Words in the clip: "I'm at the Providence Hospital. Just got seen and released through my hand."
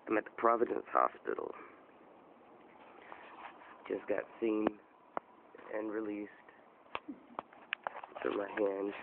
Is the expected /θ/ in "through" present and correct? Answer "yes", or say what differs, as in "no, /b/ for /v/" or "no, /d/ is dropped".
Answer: no, /f/ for /θ/